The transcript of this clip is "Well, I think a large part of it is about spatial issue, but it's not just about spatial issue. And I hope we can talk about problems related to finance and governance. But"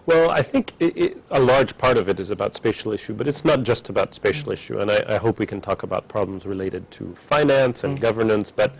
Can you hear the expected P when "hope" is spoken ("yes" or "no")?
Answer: yes